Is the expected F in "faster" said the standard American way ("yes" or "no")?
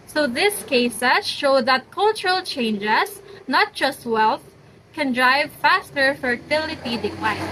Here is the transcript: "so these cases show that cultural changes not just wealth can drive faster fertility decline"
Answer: yes